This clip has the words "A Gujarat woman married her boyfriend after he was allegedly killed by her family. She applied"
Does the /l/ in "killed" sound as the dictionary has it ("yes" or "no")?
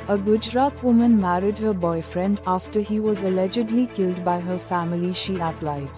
yes